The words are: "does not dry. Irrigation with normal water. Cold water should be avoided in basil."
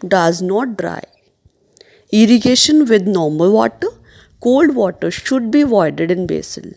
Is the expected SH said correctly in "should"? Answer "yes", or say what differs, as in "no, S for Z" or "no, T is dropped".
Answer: yes